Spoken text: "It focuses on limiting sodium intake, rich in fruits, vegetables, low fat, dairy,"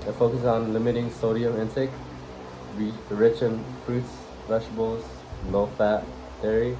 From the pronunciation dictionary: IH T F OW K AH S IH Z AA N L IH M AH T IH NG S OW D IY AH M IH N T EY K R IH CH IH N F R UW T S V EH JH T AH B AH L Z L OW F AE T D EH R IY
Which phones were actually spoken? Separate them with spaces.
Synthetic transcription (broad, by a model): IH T F OW K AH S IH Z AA N L IH M AH T IH NG S OW D IY AH M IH N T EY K R IH CH IH N F R UW T S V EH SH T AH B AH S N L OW F AE T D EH R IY